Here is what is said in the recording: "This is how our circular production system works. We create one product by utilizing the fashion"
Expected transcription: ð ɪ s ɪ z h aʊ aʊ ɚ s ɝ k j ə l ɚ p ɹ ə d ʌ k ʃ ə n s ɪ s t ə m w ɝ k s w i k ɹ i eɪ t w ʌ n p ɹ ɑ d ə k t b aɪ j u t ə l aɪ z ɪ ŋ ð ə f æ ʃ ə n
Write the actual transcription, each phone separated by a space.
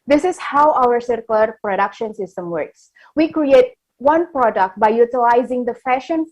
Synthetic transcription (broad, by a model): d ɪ s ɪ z h aʊ aʊ ɚ s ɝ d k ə l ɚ p ɹ ə d ʌ k ʃ ə n s ɪ s t ə m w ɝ k s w i k ɹ i eɪ t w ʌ n p ɹ ɑ d ə k t b aɪ j u t ə l aɪ z ɪ ŋ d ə f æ ʃ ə n